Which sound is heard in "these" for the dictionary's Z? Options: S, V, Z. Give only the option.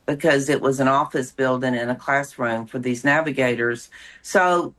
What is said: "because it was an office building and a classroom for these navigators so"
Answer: Z